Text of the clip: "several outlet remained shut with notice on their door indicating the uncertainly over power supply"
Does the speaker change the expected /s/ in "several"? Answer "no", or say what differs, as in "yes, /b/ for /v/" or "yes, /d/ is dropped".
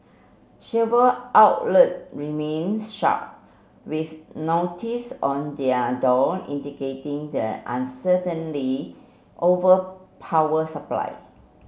yes, /ʃ/ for /s/